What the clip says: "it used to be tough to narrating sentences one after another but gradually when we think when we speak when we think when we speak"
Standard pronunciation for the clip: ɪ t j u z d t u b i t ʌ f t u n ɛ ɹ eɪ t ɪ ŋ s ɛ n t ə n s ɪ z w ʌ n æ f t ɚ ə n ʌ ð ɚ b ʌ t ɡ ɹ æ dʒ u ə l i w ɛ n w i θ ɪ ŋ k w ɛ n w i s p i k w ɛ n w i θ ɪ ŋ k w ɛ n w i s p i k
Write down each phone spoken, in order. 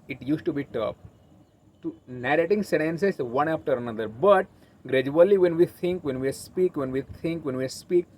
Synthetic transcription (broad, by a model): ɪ t j u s t u b i t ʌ p t u n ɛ ɹ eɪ t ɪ ŋ s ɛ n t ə n s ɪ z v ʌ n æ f t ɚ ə n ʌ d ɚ b ʌ t ɡ ɹ æ dʒ u ə l i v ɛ n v i t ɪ ŋ k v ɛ n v i s p i k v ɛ n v i t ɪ ŋ k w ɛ n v i s p i k